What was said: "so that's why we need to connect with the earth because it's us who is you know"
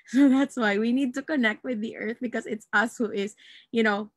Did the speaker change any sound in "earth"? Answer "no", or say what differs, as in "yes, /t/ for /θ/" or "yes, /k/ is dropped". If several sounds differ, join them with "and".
no